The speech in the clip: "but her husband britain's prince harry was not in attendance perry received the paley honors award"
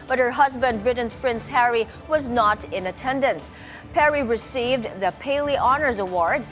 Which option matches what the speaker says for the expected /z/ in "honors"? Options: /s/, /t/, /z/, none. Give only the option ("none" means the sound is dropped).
/z/